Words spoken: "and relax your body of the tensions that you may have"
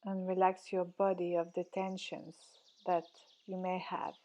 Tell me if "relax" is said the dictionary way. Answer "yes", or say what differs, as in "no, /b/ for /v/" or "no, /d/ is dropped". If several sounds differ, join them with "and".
yes